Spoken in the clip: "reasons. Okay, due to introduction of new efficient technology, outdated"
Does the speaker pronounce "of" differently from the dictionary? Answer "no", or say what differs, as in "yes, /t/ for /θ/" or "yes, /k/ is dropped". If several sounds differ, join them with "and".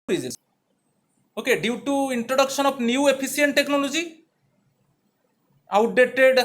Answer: yes, /b/ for /v/